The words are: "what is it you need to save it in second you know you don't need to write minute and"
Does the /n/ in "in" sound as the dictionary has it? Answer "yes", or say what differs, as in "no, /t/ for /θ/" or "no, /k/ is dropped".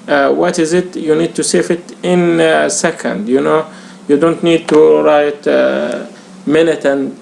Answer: yes